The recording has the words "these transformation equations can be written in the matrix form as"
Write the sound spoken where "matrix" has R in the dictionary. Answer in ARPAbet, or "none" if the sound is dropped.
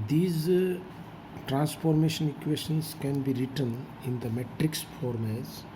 R